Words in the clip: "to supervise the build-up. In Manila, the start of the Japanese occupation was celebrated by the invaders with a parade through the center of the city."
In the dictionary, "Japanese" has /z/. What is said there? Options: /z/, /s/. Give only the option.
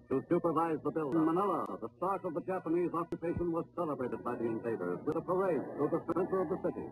/z/